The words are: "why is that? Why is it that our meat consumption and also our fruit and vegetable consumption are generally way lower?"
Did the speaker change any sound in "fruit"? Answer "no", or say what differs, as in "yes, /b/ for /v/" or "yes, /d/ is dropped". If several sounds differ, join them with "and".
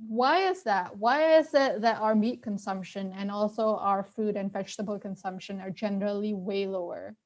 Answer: yes, /ɹ/ is dropped